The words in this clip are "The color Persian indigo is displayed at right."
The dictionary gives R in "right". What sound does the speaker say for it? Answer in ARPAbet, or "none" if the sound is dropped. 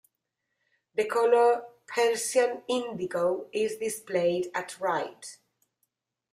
R